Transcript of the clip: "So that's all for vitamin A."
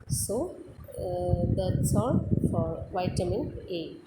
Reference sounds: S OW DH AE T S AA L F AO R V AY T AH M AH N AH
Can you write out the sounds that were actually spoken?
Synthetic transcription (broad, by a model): S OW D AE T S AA N F AO R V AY T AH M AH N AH